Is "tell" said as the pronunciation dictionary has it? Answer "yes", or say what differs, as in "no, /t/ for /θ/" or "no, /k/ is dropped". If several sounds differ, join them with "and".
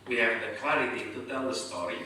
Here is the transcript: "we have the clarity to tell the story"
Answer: yes